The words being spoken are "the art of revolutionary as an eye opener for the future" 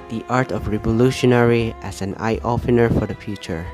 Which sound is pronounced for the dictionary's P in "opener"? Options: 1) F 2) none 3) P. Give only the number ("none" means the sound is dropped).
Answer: 1